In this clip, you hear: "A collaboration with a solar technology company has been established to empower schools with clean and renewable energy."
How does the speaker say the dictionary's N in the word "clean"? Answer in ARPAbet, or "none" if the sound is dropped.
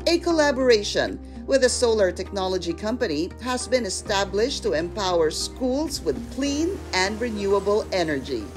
N